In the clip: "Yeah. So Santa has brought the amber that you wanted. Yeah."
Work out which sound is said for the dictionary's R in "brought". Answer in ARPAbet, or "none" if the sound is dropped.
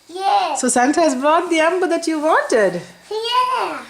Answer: R